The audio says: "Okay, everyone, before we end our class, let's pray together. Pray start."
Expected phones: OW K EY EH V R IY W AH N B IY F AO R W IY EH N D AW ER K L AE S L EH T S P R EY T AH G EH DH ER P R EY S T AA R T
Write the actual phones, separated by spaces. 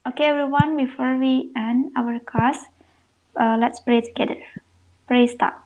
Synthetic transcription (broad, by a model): OW K EY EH V R IY W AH N B IY F AO R W IY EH N AW ER K AA S L EH T S P R EY T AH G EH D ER P R EY S T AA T